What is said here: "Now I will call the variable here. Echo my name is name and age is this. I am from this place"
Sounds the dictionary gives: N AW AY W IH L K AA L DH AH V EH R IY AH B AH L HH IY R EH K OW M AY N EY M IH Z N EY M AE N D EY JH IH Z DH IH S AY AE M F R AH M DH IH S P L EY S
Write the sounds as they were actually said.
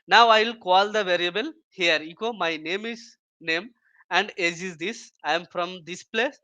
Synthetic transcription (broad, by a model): N AW AY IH L K AA L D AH V EH R IY AH B AH L HH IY R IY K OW M AY N EY M IH Z N EY M AE N D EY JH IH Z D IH S AY M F R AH M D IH S P L EY S